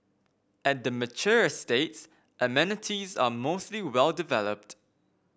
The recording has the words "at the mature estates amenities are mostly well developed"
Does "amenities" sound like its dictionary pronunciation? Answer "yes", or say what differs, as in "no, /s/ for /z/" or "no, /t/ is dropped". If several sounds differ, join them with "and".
yes